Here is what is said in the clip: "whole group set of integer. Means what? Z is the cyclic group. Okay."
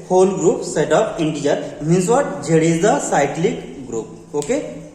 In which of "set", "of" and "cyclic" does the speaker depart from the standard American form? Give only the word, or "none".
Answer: of